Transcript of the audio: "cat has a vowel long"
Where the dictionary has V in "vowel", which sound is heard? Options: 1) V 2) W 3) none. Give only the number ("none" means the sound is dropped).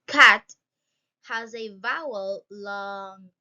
1